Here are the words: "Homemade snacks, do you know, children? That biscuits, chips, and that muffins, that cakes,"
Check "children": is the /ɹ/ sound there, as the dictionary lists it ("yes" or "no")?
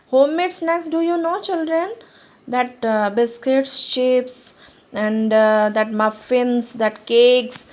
yes